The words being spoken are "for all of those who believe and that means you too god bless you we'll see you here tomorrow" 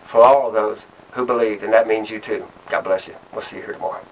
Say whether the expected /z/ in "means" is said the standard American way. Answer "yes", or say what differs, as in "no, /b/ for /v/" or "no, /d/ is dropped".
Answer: yes